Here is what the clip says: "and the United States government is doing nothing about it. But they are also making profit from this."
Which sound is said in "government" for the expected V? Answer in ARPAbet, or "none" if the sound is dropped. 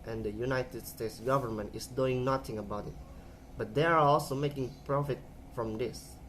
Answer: V